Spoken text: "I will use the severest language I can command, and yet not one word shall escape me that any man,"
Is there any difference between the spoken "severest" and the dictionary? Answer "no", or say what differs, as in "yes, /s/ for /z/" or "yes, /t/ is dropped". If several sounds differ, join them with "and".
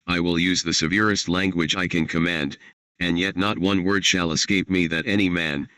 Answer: no